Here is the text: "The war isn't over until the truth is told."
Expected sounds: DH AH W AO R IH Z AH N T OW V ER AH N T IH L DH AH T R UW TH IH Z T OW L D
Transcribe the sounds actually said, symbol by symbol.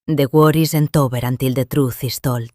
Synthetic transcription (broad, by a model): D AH W AO R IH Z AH N T OW B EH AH N T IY L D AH T R UW TH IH S T OW L